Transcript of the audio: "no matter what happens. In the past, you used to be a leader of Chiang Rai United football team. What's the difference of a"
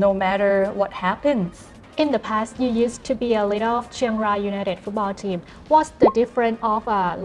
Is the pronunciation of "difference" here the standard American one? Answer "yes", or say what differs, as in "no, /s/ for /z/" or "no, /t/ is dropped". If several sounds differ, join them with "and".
no, /s/ is dropped